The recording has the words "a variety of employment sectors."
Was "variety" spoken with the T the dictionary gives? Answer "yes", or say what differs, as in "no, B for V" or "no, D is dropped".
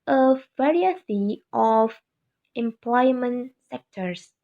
no, S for T